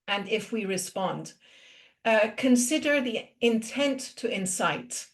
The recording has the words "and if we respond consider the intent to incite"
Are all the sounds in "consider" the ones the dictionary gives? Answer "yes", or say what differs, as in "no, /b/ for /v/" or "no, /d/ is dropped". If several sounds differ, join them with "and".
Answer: yes